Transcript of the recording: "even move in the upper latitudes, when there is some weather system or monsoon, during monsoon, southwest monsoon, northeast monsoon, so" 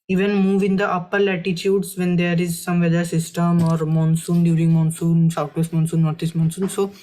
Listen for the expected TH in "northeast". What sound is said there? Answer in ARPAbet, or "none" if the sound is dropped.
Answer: T